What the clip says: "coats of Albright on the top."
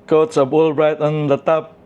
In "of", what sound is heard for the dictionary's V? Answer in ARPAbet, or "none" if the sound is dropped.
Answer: B